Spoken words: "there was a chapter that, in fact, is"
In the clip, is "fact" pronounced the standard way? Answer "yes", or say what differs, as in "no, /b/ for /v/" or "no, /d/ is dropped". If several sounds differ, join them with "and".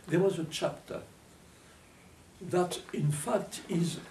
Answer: yes